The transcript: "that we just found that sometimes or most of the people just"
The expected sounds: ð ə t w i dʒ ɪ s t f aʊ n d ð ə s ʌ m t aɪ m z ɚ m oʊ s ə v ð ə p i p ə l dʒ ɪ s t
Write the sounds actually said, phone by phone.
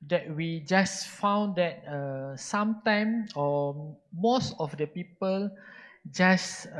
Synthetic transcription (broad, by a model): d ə t w i dʒ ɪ s f aʊ n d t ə s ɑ m t aɪ m ɔ m oʊ s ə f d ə p i p ə l dʒ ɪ s